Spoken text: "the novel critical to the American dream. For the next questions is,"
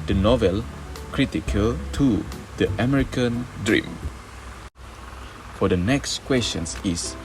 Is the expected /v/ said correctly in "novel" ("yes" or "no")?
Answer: yes